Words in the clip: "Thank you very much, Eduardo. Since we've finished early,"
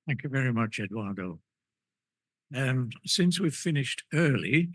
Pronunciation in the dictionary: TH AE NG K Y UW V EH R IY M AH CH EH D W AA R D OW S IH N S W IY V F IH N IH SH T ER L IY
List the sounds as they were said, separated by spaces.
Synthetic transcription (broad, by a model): TH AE NG K Y UW V EH R IY M AH CH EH D W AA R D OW S IH N S W IY V F IH N IH SH T ER L IY